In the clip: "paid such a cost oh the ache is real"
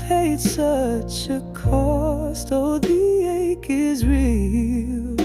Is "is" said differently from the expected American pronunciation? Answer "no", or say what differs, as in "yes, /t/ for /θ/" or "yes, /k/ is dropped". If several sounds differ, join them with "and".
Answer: no